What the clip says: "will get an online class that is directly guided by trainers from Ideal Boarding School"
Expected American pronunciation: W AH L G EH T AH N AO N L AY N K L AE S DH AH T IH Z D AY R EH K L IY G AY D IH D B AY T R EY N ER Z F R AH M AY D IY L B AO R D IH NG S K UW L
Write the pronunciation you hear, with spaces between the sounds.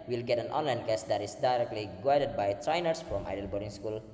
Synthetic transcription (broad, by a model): W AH L G EH T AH N AO N L AY N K AE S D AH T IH S D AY R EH K L IY G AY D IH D B AY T R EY N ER S F R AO M AY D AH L B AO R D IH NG S K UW L